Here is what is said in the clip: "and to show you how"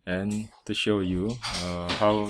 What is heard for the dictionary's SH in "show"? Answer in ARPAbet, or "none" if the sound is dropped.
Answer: SH